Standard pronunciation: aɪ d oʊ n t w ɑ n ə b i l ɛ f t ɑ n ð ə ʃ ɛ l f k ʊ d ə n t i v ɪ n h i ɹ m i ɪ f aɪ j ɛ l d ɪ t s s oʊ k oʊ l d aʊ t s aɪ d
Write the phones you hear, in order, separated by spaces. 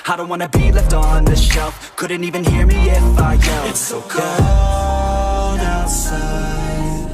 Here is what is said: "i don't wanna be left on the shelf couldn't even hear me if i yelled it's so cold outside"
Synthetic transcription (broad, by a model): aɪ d oʊ n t w ɑ n ə b i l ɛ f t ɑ n ð ə ʃ ɛ l f k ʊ d n t i v ɪ n h i ɹ m i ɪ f aɪ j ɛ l ɪ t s s oʊ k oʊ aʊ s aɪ